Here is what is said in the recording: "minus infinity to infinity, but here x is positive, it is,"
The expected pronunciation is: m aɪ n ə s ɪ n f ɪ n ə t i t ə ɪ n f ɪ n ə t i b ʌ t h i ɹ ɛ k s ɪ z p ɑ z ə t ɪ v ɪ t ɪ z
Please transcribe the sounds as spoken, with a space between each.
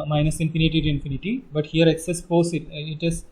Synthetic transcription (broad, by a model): m aɪ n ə s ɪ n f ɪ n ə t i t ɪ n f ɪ n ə t i b ʌ t h i ɹ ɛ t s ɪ s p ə s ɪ ɪ t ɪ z